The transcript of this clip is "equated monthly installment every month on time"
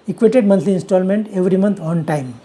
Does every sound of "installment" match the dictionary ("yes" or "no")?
yes